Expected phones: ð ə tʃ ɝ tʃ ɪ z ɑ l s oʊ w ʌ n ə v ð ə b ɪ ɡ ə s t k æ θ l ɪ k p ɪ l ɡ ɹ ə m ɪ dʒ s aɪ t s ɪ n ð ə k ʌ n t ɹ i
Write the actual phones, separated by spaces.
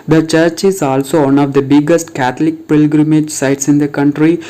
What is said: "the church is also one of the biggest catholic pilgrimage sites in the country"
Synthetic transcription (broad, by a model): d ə tʃ ɝ tʃ ɪ z ɑ l s oʊ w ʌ n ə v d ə b ɪ ɡ ə s t k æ t l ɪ k p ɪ l ɡ ɹ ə m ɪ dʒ s aɪ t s ɪ n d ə k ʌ n t ɹ i